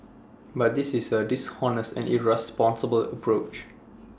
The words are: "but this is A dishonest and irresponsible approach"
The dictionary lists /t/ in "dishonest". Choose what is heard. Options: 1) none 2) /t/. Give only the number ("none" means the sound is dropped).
1